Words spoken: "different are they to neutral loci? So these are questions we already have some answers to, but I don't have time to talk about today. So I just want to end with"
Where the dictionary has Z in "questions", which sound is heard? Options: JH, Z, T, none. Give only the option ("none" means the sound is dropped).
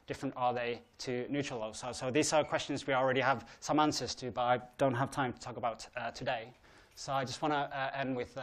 Z